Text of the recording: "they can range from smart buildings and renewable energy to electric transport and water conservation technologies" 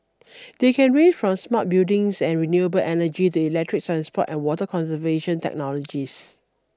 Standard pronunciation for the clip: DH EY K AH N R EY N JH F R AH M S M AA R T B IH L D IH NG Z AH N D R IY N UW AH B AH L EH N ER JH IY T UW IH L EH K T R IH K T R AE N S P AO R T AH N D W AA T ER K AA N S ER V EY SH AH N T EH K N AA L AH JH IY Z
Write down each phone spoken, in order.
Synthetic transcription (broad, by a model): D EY K AH N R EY JH F R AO M S M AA T B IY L D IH NG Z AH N R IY N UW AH B AH L EH N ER JH IY T UW IH L EH K T R IH K T R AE N S P AO T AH N W AA T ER K AA N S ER V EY SH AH N T EH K N AA L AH JH IY S